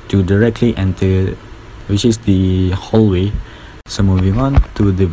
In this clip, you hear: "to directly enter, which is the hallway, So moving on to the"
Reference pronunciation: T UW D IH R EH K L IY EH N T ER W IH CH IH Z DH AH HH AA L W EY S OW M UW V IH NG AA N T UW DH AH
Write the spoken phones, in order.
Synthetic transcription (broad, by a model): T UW D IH R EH K L IY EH N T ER W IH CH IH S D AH HH AA L W EY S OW M UW V IH NG AA N T UW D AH